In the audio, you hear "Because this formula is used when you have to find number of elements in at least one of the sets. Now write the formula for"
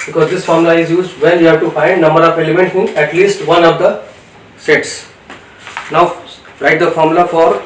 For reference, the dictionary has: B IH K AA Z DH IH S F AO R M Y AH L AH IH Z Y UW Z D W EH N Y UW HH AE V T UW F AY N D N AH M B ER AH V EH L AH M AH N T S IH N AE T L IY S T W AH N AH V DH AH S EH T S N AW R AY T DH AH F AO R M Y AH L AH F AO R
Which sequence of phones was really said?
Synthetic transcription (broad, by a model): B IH K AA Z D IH S F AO R M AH L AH IH Z Y UW Z D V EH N Y UW HH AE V T UW F AY N D N AH M B ER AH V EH L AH M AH N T IH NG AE T L IY S T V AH N AH V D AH S EH T S N AW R AY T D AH F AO R M L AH F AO R